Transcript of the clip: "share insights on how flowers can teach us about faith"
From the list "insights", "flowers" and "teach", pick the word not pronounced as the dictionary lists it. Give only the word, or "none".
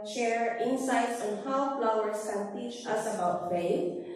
flowers